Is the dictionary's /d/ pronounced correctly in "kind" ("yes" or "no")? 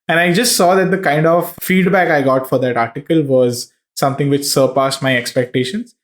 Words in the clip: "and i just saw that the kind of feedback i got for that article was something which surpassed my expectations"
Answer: yes